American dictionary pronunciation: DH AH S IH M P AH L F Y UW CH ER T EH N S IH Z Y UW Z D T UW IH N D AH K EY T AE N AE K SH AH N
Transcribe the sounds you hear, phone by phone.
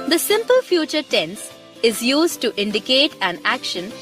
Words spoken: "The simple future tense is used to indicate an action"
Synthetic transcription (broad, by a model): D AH S IH M P AH L F Y UW CH ER T EH N S IH Z Y UW Z D T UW IH N D AH K EY T AE N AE K SH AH N